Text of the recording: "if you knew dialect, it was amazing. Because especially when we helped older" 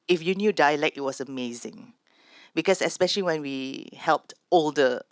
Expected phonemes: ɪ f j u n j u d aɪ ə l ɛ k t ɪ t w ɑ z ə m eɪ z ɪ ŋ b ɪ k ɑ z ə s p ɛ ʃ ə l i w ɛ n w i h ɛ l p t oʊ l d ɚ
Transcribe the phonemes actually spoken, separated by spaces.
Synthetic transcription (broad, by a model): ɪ f j u n j u d aɪ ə l ɛ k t ɪ t w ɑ s ə m eɪ z ɪ ŋ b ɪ k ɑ s ə s p ɛ ʃ ə l i w ɛ n w i h ɛ l p t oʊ l d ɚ